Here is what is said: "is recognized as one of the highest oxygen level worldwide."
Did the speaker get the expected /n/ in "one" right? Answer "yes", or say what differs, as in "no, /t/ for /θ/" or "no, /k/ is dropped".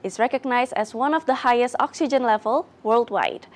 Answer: yes